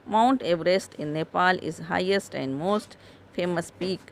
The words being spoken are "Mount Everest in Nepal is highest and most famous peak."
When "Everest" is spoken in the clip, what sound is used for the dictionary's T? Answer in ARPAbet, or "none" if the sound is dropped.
T